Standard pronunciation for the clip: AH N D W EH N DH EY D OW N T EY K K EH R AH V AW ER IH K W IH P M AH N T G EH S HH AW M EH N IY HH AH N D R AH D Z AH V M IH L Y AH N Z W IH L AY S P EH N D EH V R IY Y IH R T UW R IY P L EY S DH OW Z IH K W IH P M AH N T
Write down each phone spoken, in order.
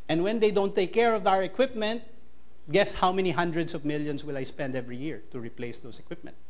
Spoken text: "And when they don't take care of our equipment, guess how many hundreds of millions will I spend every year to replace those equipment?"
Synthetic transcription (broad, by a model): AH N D W EH N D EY D OW N T EY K K EH R AH V AW ER IH K W IH P M AH N T G EH S HH AW M EH N IY HH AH N D R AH D S AH V M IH L Y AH N S W IH L AY S P EH N D EH V R IY Y IH R T UW R IY P L EY S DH OW S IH K W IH P M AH N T